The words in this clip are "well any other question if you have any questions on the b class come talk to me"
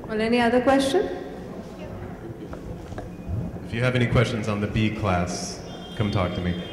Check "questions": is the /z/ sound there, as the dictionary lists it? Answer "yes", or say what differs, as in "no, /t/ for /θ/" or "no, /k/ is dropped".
yes